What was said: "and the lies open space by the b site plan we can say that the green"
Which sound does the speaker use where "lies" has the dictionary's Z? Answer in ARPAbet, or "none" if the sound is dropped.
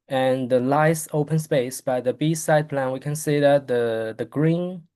S